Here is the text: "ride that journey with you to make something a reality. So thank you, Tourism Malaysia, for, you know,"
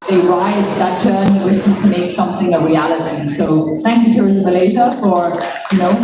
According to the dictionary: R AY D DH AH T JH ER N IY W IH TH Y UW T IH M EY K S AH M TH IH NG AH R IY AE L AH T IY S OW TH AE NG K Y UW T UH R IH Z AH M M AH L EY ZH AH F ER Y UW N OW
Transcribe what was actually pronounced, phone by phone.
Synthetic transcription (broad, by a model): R AY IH DH AH T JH ER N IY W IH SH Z T IH M EY K S AH M TH IH NG AH R IY AE L AH T IY S OW TH AE NG K Y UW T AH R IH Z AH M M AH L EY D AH F ER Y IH N OW